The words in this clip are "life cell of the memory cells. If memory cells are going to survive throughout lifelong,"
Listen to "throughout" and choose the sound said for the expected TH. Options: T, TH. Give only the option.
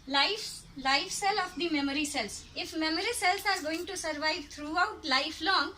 T